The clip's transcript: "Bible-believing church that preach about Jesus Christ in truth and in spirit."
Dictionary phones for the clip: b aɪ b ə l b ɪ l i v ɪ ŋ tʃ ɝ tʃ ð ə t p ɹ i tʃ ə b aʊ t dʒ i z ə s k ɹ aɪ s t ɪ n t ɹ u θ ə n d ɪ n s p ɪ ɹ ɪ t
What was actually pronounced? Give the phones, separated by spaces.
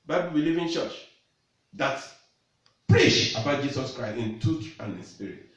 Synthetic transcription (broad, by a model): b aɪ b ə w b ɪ l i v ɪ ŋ tʃ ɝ tʃ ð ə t p ɹ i ʃ ə b aʊ t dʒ i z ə s k ɹ aɪ s t ɪ n t u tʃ ə n d ɪ n s p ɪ ɹ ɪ t